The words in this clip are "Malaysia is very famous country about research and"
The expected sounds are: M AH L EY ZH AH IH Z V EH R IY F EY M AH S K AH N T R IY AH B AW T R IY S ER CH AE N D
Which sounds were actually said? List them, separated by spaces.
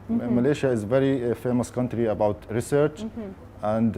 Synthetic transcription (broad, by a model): M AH L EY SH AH IH Z V EH R IY F EY M AH S K AH N T R IY AH B AW T R IY S ER CH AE N D